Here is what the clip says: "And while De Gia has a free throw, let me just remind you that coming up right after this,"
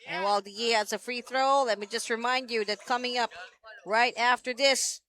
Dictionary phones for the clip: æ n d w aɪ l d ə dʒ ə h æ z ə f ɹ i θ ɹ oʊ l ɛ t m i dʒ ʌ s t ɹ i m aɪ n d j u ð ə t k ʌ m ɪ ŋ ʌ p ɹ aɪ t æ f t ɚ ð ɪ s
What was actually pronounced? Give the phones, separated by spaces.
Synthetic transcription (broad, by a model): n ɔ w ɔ l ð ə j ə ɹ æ s ə f ɹ i θ ɹ oʊ l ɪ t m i dʒ ʌ s t ɹ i m aɪ n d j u ð ə t k ʌ m ɪ ŋ ʌ p ɹ aɪ t æ f t ɚ ð ɪ s